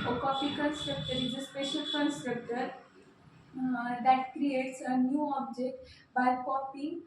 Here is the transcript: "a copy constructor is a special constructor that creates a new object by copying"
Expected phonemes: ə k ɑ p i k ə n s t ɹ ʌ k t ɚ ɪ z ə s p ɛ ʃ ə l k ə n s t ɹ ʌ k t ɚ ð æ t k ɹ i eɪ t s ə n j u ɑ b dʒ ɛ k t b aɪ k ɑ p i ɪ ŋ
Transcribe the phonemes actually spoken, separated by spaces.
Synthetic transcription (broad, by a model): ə k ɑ f i k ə n s t ɹ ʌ k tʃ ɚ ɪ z ə s p ɛ ʃ ə l k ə n s t ɹ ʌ k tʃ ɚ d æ t k ɹ i eɪ t s ə n j u ɑ b dʒ ɛ k t b aɪ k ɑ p i